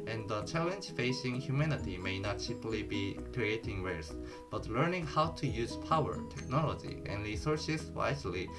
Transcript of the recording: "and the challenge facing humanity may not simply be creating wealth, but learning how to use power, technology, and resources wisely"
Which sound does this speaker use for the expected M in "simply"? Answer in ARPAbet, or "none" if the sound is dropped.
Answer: none